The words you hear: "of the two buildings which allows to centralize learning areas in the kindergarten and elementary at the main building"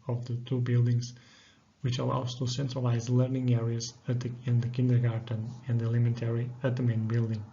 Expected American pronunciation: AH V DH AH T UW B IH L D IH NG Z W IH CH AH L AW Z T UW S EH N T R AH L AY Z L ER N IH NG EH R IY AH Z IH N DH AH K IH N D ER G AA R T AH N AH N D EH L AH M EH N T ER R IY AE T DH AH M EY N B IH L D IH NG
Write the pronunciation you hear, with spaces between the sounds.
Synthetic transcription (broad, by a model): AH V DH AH T UW B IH L D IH NG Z W IH CH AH L AW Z T UW S EH N T R AH L AY Z L ER N IH NG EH R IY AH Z IH N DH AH K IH N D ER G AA R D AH N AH N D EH L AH M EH N T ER R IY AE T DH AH M EY N B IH L D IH NG